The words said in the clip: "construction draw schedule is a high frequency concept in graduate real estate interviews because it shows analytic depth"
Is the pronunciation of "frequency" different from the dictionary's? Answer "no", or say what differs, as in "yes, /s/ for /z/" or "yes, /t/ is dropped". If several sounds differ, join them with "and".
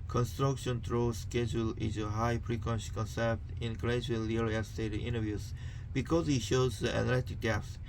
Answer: yes, /p/ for /f/